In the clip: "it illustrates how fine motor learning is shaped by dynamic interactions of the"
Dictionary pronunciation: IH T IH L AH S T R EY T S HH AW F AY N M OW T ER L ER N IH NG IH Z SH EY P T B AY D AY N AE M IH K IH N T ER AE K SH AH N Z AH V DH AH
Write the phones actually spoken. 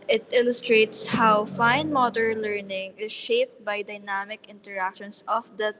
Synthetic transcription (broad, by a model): IH T IH L AH S T R EY T S HH AW F AY N M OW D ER L ER N IH NG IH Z SH EY P T B AY D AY N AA M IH K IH N T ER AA K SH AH N S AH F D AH